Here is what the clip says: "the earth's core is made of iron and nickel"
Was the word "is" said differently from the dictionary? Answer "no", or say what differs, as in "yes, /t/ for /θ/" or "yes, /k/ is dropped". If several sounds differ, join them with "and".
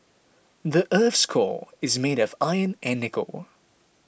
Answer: no